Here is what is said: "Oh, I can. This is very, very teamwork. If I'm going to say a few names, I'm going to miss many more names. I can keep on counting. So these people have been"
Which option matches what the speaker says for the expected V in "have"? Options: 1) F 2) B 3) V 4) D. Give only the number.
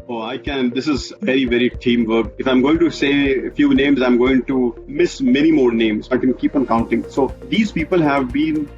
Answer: 3